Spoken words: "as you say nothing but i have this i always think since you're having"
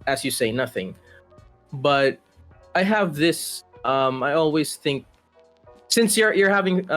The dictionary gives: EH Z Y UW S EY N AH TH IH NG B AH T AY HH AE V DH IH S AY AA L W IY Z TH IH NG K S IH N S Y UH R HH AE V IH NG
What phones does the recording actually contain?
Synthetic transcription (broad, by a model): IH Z Y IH S EY N AH TH IH NG B AH T AY HH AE V DH IH S AY AA L W IY Z TH IH NG K S IH N S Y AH R HH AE V IH NG